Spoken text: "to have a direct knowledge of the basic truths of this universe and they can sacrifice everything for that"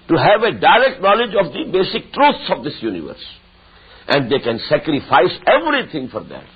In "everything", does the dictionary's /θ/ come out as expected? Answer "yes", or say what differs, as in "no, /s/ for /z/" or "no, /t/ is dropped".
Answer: no, /t/ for /θ/